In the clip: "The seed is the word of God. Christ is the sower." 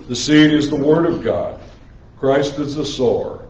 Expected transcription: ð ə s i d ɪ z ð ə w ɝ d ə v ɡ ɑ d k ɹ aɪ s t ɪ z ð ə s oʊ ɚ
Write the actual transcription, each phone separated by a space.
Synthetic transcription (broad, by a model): ð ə s i d ɪ z ð ə w ɝ d ə v ɡ ɑ d k ɹ aɪ s t ɪ z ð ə s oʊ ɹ